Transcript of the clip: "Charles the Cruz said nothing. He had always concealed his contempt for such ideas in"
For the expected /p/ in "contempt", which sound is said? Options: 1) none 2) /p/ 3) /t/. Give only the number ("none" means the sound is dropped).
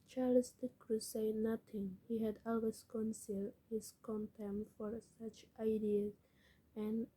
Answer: 1